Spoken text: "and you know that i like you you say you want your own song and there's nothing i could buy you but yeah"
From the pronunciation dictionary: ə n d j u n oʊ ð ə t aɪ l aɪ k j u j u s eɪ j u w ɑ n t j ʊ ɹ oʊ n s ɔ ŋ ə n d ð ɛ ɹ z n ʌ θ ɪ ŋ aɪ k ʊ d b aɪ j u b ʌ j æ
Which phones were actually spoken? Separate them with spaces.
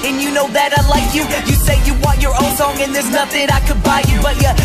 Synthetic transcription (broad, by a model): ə n j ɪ n oʊ ð ə t aɪ l aɪ k j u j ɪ s eɪ j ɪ w ɑ n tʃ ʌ ɹ oʊ n s ɔ ŋ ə n ð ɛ ɹ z n ʌ θ ɪ ŋ aɪ k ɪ d b aɪ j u b ʌ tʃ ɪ